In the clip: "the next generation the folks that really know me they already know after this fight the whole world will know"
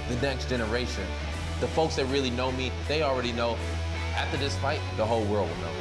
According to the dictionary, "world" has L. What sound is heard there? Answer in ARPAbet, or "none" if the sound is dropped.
L